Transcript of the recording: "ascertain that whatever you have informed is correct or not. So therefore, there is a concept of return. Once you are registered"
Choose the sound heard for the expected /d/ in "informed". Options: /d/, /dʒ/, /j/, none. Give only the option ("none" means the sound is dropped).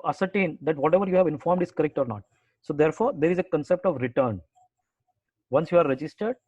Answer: /d/